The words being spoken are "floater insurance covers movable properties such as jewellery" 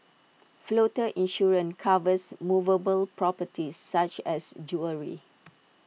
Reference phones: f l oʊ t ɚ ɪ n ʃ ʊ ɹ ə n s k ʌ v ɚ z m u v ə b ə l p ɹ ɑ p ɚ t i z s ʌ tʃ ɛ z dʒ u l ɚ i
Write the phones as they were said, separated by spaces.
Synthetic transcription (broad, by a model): f l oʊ t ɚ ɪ n ʃ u ɹ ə n k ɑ v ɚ s m u v ə b ə l p ɹ ɑ p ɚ t i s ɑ tʃ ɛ s dʒ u ɚ i